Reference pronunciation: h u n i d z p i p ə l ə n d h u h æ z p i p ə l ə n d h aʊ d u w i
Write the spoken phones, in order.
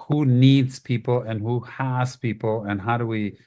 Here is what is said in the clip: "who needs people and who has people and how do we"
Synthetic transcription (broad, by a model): h u n i d z p i p l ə n h u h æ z p i p l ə n h aʊ d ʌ w i